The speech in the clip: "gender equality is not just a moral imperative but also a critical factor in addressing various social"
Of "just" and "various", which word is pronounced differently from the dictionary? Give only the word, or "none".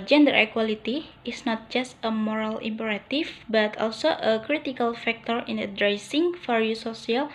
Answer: various